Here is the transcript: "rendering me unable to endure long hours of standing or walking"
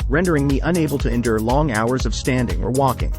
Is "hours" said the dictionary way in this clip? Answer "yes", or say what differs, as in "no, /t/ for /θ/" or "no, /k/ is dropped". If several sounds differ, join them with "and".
yes